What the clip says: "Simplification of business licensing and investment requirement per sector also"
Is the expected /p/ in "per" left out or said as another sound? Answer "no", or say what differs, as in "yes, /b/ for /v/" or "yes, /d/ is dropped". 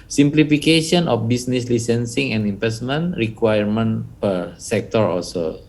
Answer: no